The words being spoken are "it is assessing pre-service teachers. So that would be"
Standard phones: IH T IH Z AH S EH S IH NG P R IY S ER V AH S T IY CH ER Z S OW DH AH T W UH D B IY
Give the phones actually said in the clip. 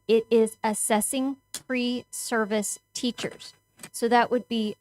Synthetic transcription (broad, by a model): IH T IH Z AH S EH S IH NG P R IY S ER V AH S T IY CH ER Z S OW DH AH T W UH D B IY